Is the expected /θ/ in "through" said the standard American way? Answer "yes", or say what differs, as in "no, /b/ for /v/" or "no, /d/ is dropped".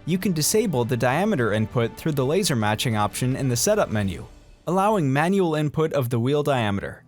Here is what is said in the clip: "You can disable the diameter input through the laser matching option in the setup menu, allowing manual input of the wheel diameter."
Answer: yes